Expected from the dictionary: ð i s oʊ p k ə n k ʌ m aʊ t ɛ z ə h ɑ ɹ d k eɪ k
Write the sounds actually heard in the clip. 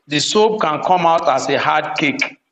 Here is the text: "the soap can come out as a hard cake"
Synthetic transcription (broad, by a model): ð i s oʊ b k ə n k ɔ m aʊ t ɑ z ə h ɑ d k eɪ k